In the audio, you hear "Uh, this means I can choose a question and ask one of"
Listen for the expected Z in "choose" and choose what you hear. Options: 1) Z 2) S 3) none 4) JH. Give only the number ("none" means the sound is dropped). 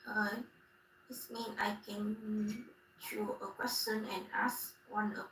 3